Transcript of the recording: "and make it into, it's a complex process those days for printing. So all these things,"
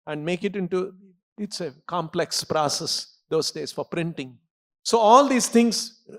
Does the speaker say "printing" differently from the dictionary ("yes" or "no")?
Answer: no